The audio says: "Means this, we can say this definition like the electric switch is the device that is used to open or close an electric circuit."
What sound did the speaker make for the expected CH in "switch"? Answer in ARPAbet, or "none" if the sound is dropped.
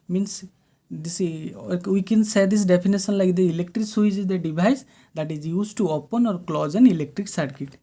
S